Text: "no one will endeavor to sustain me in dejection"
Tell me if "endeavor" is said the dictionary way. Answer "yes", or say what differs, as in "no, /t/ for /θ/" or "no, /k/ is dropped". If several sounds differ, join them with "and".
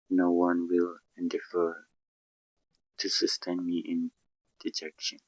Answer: no, /f/ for /v/